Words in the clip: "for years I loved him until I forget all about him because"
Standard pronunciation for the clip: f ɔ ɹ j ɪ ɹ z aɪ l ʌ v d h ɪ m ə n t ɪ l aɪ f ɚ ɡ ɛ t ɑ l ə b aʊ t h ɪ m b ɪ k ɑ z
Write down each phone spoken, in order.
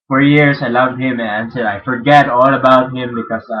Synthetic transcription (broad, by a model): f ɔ ɹ j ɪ ɹ s aɪ l ʌ v d h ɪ m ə n s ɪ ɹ aɪ f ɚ ɡ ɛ t ɑ l ə b aʊ t h ɪ m b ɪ k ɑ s